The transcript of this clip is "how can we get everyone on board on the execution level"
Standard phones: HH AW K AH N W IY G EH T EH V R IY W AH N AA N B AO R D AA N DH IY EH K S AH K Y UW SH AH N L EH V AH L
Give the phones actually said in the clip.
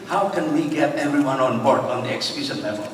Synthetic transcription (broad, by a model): HH AW K AH N W IY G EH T EH V R IY W AH N AA N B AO R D AA N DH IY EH K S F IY S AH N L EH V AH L